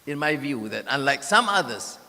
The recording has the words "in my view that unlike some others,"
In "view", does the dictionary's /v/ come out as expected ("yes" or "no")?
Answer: yes